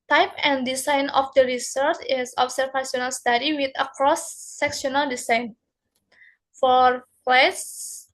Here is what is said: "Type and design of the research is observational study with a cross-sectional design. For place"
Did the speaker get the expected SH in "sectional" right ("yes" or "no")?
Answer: no